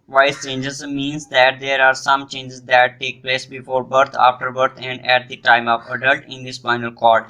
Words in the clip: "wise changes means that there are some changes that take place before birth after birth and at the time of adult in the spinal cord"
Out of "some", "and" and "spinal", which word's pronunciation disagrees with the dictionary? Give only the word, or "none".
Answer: spinal